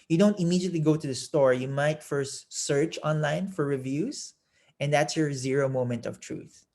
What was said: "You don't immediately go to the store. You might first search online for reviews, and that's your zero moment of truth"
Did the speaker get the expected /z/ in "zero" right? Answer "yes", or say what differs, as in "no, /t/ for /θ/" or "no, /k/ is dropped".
yes